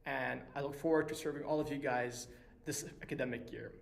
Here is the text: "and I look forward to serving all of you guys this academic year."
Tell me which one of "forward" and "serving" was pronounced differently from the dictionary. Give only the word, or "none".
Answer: none